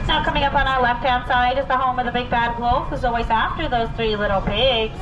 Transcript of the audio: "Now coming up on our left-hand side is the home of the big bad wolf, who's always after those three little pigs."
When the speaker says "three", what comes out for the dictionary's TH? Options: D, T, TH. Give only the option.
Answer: TH